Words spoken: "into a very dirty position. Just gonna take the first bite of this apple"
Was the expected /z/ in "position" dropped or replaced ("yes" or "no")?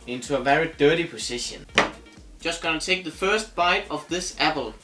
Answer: yes